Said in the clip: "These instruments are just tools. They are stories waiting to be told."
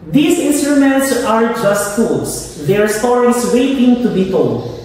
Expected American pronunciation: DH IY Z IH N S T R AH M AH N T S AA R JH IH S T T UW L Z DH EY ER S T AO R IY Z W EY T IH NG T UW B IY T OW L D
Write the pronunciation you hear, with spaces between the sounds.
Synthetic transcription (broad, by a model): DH IY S IH N S T R AH M AH N T S AA R JH IH S T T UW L S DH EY ER S T AO R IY S W EY T IH NG T UW B IY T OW L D